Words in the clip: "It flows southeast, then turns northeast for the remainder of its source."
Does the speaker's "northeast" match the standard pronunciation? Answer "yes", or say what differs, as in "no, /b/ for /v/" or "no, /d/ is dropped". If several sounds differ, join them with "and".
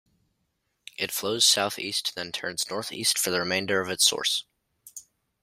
yes